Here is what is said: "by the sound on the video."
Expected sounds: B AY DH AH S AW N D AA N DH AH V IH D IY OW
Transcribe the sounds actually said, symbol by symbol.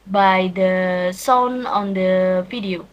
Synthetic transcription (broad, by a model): B AY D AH S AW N AA N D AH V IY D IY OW